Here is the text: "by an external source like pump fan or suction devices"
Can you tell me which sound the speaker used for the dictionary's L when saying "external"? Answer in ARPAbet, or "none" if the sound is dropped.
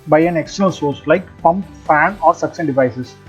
N